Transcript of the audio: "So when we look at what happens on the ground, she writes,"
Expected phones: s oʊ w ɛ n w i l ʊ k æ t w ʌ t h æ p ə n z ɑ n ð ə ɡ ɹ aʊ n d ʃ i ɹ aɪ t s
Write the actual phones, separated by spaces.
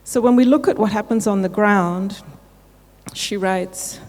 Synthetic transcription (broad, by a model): s oʊ w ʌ n w i l ʊ k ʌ t w ʌ t h æ p ə n z n ð ə ɡ ɹ aʊ n d ʃ i ɹ aɪ t s